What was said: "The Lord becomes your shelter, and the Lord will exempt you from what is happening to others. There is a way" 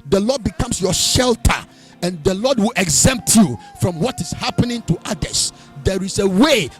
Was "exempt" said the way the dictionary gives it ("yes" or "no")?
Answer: yes